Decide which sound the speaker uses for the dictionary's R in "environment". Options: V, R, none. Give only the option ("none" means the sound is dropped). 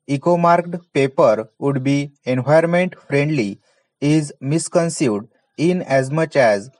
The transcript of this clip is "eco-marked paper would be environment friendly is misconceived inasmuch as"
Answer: none